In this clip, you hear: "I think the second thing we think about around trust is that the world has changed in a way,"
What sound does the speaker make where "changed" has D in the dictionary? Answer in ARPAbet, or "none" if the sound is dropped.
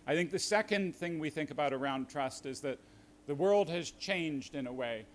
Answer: D